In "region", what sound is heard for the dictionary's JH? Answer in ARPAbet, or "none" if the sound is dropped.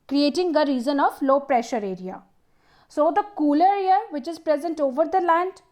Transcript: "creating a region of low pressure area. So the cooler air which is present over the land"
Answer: Z